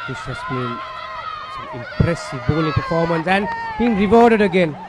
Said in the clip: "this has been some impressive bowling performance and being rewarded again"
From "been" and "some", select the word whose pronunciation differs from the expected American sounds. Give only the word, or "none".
some